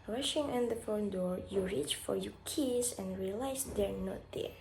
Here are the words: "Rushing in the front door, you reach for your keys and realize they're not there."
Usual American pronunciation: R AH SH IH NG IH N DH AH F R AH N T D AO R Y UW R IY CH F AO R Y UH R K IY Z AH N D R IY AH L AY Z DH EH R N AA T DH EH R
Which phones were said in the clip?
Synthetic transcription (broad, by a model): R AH SH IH NG IH N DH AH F AO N D AO R Y UW R IY CH F AO R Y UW K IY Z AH N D R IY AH L AY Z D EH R N AA T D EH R